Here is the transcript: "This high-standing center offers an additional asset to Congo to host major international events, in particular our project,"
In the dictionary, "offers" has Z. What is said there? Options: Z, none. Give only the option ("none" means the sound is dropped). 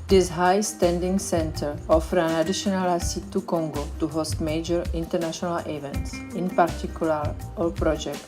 none